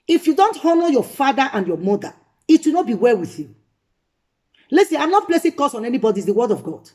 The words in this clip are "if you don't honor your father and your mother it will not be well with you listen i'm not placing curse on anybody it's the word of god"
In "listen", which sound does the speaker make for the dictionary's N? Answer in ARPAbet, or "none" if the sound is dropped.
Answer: none